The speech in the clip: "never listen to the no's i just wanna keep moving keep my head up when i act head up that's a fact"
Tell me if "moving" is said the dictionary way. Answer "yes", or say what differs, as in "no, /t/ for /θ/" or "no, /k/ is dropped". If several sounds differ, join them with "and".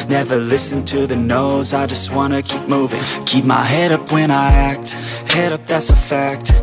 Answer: yes